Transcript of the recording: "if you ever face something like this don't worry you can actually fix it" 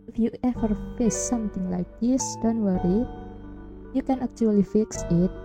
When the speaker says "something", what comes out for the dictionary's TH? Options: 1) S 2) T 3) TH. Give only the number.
2